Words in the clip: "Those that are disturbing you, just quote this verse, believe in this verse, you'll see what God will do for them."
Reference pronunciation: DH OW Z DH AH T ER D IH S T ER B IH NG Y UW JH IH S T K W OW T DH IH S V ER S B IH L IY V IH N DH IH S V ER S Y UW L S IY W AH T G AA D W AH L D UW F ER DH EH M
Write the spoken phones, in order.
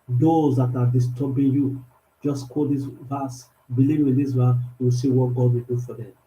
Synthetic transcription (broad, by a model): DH OW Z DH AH T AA D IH S T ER B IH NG Y UW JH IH S K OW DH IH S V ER S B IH L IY W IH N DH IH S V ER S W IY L S IY W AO T G AA D W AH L D UW F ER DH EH M